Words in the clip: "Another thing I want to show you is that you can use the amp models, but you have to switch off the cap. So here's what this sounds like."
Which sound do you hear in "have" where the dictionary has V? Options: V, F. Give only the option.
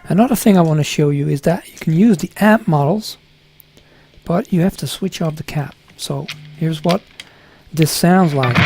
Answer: F